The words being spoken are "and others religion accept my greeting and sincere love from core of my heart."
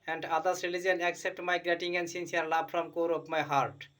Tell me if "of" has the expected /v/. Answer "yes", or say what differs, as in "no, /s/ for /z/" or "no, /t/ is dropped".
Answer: no, /p/ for /v/